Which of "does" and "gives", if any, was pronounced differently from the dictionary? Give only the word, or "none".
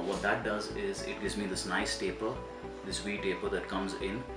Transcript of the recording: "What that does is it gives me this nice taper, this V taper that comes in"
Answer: none